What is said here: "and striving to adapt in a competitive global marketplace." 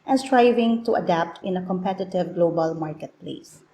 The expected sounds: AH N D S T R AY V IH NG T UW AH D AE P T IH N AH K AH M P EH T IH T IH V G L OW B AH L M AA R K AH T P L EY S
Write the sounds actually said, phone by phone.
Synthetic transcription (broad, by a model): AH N S T R AY V IH NG T UW AH D AE P T IH N AH K AH M P EH T IH T IH V G L OW B AH L M AA R K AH T P L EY S